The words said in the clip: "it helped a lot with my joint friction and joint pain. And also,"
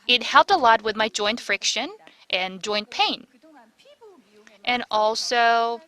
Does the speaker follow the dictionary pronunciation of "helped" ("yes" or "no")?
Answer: yes